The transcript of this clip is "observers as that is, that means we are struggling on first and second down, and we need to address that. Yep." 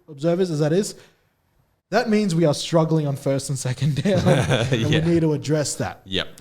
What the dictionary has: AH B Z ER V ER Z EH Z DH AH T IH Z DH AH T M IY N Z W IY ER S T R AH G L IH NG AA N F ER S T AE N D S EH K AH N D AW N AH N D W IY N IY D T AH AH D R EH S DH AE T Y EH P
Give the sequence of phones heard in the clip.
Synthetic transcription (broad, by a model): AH B Z ER V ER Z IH Z DH AH T IH Z DH AH T M IY N Z W IY ER S T R AH G L IH NG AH N F ER S T N S EH K AH N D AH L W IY N IY D T AH AH D R EH S DH AE T Y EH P